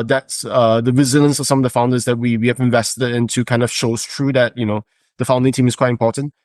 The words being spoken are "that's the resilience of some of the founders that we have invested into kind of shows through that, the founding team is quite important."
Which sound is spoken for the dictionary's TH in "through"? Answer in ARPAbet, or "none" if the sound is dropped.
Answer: T